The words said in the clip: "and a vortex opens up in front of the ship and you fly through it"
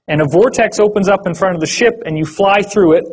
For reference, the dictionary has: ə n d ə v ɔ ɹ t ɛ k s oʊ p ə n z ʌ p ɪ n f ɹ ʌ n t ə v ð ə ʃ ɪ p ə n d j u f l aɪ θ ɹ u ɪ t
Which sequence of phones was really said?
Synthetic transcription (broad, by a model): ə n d ə v ɔ ɹ t ɛ k s oʊ p ə n z ʌ p ɪ n f ɹ ʌ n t ə v ð ə ʃ ɪ p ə n j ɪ f l aɪ θ ɹ u ɪ t